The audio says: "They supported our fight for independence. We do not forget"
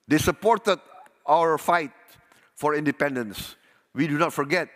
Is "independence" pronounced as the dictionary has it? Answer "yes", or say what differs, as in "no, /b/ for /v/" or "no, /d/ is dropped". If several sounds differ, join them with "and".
yes